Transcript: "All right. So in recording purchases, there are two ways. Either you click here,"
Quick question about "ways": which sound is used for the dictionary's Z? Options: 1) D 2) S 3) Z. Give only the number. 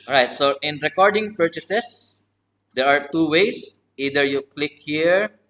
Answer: 2